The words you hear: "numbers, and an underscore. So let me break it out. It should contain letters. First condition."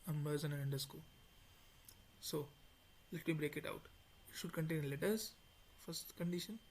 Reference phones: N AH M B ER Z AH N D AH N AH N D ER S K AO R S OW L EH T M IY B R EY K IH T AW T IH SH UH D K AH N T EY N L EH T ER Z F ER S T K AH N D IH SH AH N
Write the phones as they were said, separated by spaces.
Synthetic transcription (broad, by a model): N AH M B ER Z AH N AH N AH N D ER S K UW L S OW L EH T M IY B R EY K IH T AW T IH SH UH D K AH N T EY N L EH T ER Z F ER S T K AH N D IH SH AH N